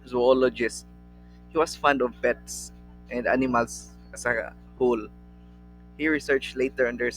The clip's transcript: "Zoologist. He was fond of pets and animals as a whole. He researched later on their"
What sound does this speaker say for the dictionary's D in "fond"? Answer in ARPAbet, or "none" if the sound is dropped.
D